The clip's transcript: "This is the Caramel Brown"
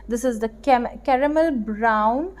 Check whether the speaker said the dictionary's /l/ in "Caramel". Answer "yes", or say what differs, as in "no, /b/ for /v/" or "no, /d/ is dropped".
yes